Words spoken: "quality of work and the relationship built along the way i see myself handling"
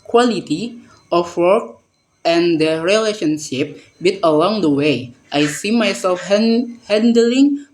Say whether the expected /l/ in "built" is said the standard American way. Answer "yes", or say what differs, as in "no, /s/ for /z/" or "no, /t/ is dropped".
no, /l/ is dropped